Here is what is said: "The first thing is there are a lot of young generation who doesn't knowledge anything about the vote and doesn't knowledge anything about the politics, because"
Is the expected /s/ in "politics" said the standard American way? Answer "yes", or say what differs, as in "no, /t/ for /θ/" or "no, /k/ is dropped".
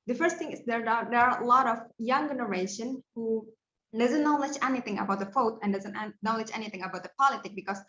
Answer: no, /s/ is dropped